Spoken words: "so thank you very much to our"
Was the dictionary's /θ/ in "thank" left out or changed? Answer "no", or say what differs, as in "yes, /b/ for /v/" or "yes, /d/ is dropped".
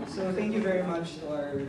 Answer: no